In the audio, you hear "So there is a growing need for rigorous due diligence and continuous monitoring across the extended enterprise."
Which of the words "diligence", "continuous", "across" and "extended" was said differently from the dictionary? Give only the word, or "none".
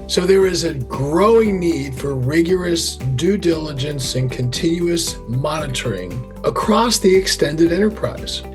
none